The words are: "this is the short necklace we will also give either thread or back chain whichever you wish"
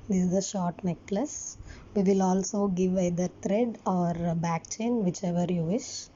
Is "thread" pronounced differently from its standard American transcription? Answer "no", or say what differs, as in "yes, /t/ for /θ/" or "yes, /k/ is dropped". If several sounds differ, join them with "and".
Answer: yes, /t/ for /θ/